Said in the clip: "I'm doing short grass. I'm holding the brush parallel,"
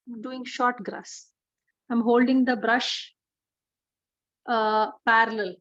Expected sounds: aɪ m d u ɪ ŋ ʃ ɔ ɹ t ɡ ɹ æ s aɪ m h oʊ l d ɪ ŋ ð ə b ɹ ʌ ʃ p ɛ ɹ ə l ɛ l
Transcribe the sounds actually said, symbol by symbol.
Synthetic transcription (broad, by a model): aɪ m d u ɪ ŋ ʃ ɔ ɹ t ɡ ɹ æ s aɪ m h oʊ l d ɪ ŋ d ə b ɹ ʌ ʃ p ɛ ɹ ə l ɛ l